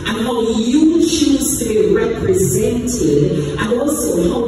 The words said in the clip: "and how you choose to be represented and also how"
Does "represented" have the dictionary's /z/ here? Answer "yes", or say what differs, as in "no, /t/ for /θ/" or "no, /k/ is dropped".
yes